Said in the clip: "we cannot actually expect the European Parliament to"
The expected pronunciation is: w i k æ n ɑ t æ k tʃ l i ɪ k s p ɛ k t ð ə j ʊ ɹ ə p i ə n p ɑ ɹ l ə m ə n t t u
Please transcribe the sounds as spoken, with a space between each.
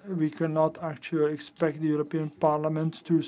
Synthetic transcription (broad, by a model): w i k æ n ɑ t æ k tʃ l i ɪ k s p ɛ k t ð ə j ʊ ɹ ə p i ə n p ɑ ɹ l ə m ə n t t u